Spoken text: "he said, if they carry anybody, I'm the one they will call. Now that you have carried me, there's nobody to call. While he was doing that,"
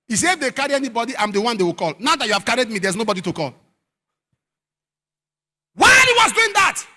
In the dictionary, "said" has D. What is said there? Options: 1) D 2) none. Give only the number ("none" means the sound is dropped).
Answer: 2